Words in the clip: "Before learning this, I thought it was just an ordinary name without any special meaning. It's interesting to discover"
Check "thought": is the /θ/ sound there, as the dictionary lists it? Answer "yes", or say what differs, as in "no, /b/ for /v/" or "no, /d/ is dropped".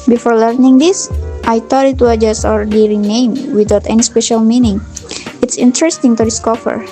no, /t/ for /θ/